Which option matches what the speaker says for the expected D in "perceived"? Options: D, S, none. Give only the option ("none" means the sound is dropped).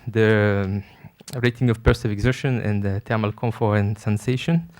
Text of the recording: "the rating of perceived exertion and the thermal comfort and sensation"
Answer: none